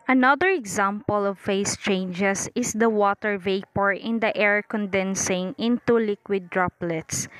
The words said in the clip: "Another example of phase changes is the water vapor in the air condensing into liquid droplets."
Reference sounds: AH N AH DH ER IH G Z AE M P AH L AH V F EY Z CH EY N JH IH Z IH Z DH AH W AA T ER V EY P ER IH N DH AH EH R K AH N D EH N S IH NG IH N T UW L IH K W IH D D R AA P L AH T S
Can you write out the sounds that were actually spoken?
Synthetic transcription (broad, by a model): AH N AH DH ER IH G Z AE M P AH L AH V F EY S CH EY N JH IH S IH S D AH W AA T ER V EY P ER IH N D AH EH R K AH N D EH N S IH NG IH N T UW L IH K W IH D D R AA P L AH T S